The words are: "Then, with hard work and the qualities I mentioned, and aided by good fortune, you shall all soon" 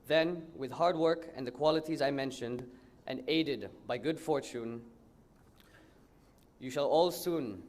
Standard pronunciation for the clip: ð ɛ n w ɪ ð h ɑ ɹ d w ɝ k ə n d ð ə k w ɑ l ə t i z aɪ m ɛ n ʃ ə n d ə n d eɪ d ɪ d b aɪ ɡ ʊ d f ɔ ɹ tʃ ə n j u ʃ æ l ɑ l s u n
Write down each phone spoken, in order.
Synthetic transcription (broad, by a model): ð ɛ n w ɪ ð h ɑ ɹ d w ɝ k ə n ð ə k w ɑ l ə t i z aɪ m ɛ n ʃ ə n d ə n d eɪ d ɪ d b aɪ ɡ ʊ d f ɔ ɹ tʃ ə n j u ʃ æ l ɑ l s u n